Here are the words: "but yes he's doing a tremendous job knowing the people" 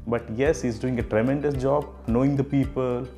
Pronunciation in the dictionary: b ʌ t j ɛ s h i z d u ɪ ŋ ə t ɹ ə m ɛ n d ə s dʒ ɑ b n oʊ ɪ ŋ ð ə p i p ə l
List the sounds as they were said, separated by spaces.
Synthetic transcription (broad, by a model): b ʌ t j ɛ s h i z d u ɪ ŋ ə t ɹ ə m ɛ n d ə s dʒ ɑ b n oʊ ɪ ŋ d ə p i p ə l